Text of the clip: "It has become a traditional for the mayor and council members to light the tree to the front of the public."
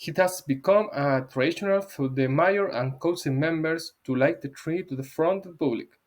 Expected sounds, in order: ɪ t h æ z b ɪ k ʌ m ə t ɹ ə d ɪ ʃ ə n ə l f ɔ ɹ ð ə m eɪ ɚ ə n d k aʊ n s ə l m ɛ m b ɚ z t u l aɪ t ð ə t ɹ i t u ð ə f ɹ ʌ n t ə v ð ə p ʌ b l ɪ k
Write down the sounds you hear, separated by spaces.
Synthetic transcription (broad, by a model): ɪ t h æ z b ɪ k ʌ m ə t ɹ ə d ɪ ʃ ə n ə l f ɔ ɹ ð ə m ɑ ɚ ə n k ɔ s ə m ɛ m b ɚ s t u l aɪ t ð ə t ɹ i t u ð ə f ɹ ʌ n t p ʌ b l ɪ k